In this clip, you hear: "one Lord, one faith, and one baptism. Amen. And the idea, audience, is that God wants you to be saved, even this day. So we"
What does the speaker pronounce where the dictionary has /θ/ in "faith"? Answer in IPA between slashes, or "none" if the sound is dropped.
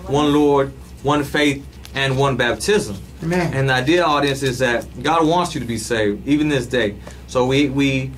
/θ/